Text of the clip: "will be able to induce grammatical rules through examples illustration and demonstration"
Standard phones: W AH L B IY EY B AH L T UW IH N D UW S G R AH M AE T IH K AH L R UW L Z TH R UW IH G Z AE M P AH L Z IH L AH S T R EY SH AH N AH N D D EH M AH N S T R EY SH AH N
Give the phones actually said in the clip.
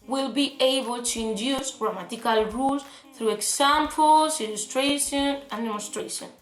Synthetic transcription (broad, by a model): W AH L B IY EY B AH L T UW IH N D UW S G R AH M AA T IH K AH L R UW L S TH R UW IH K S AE M P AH L S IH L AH S T R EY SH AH N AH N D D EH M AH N S T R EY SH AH N